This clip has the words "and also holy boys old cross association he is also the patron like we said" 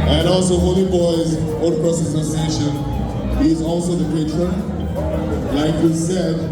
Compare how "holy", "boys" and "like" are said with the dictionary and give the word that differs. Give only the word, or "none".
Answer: none